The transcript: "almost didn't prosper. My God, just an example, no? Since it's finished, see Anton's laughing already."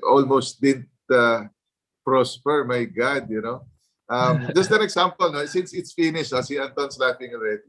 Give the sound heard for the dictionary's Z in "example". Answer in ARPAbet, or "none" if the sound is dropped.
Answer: S